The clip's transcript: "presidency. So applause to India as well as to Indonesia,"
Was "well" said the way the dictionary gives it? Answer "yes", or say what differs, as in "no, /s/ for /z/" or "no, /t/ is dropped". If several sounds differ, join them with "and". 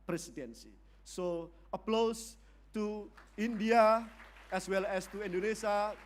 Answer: yes